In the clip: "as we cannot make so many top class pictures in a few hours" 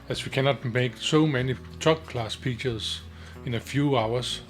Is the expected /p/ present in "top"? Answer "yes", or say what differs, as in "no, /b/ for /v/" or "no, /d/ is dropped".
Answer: no, /b/ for /p/